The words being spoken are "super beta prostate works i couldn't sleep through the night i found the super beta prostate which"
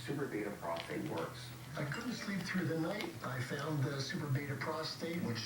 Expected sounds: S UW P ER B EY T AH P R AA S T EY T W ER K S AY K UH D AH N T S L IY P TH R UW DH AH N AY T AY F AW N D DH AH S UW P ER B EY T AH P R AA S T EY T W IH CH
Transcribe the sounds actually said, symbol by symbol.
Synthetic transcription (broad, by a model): S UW P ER B EY T AH P R AA S T EY T W ER K S AY K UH D N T S L IY P TH R UW DH AH N AY T AY F AW N DH AH S UW P ER B EY T AH P R AA S T EY T W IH CH